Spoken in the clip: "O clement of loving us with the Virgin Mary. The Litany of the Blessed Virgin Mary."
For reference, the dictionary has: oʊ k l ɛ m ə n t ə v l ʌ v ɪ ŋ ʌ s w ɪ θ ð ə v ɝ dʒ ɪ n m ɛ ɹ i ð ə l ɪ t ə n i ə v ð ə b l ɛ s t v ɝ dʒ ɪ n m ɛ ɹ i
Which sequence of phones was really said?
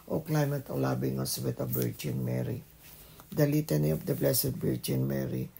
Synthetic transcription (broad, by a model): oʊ k l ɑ m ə t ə l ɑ b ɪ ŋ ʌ s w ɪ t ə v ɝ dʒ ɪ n m ɛ ɹ i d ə l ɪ t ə n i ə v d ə b l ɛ s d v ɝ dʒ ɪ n m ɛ ɹ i